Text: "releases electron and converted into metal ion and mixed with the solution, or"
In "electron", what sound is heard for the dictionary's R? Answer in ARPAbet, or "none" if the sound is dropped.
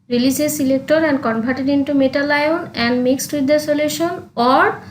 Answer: none